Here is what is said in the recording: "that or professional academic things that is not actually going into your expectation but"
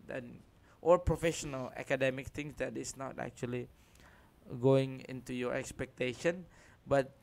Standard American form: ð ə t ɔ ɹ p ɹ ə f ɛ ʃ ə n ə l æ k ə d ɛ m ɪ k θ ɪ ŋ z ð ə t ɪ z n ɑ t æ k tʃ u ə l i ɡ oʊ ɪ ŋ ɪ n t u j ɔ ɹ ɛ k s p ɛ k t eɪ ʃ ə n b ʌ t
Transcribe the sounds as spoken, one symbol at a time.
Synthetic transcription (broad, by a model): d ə t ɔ l p ɹ ə f ɛ ʃ ə n ə l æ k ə d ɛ m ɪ k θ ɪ ŋ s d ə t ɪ s n ɑ t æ k tʃ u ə l i ɡ oʊ ɪ ŋ ɪ n t u j ɔ ɹ ɛ k s p ɛ k t eɪ ʃ ə n b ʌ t